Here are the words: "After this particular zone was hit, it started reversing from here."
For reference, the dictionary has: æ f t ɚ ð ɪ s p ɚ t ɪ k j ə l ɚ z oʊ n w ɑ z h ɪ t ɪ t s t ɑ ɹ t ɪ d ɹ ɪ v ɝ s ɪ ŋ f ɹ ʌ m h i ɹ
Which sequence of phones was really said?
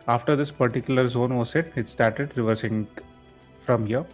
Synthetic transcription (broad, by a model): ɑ f t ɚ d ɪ s p ɚ t ɪ k j ə l ɚ z oʊ n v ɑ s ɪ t ɪ t s t ɑ ɹ t ɪ d ɹ ɪ v ɝ s ɪ ŋ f ɹ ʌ m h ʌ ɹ